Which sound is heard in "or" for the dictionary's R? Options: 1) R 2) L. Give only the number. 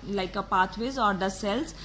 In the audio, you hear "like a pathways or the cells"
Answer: 1